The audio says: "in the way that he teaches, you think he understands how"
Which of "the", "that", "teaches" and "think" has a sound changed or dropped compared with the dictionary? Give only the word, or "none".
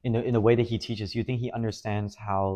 none